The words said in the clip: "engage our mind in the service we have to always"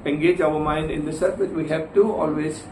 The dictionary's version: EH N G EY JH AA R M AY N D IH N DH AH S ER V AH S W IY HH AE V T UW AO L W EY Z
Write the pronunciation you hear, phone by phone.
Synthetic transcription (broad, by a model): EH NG G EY JH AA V M AY N D IH N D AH S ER F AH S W IY HH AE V T UW AO L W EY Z